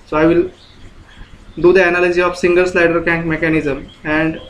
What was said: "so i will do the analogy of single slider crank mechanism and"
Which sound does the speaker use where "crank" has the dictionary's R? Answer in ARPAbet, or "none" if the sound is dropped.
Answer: none